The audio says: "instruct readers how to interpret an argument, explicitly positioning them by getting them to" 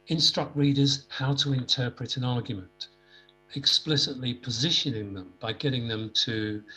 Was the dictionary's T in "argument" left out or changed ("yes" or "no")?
no